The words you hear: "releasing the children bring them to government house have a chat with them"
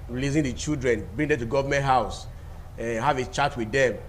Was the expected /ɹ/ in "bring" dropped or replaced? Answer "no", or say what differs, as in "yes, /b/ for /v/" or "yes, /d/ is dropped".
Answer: yes, /ɹ/ is dropped